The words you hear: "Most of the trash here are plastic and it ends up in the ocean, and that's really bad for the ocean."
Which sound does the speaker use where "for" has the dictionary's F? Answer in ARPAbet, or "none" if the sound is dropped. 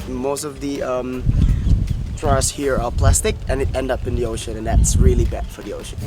F